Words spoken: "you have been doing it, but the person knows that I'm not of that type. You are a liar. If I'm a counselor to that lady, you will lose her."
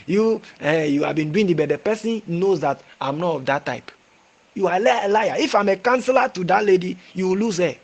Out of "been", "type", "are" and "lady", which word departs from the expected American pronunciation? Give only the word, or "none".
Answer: are